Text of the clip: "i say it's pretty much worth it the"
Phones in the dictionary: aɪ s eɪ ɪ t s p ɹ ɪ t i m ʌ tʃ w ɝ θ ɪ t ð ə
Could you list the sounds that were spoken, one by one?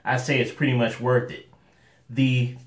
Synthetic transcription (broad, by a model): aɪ s eɪ ɪ t s p ɹ ɪ t i m ʌ tʃ w ɝ θ ɪ t ð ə